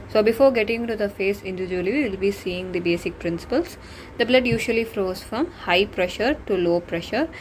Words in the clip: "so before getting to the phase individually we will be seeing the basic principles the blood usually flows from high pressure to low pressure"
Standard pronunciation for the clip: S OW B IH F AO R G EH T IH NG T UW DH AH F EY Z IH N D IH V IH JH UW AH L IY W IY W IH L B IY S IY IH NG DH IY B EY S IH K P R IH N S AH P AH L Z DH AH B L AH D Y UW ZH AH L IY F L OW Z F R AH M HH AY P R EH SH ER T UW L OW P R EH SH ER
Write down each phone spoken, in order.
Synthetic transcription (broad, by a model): S OW B IH F AO R G EH T IH NG T UW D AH F EY S IH N D IH V IH JH UW AH L IY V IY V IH L B IY S IY IH NG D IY B EY S IH K P R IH N S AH P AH L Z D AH B L AH D Y UW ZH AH L IY F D OW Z F R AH M HH AY P R EH SH ER T UW L OW P R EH SH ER